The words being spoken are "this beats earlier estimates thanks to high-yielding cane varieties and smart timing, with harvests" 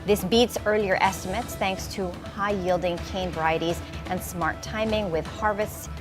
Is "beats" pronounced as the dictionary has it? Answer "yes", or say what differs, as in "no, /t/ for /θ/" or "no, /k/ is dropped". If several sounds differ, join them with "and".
yes